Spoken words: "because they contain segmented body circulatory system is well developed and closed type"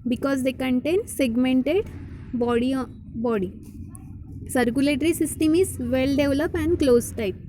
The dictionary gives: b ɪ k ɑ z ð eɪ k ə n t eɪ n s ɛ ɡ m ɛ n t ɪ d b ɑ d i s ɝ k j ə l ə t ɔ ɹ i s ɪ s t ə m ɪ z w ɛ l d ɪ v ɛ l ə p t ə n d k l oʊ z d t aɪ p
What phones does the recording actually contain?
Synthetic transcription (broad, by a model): b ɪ k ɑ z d eɪ k ə n t eɪ n s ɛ ɡ m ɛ n t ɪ d b ɑ d i s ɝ k j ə l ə t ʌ ɹ i s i s t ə m ɪ z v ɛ l d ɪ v l ə p ə n d k l oʊ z t aɪ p